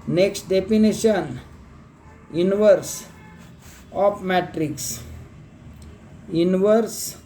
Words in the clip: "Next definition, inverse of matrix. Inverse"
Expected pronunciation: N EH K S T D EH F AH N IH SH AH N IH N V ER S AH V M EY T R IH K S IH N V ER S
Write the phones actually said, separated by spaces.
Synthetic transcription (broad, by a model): N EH K S T D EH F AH N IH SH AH N IH N V ER S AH P M EY T R IH K S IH N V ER S